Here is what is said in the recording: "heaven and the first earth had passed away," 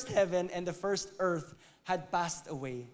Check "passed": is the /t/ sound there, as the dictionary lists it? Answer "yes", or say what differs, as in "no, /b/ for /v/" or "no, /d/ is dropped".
yes